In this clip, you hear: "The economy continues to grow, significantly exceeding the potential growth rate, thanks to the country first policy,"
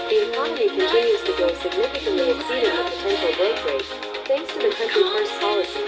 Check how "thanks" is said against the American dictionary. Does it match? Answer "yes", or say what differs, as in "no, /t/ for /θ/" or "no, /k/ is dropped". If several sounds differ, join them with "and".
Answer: yes